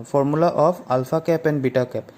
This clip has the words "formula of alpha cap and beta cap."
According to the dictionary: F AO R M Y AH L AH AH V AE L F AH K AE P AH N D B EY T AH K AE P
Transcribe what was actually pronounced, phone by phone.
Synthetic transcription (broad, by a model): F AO R M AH L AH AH P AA L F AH K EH P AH N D B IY T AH K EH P